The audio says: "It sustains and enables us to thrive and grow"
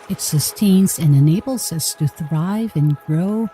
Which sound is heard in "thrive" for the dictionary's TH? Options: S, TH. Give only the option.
TH